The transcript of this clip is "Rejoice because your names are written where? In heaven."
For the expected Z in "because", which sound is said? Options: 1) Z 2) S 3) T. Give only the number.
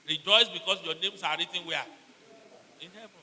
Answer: 2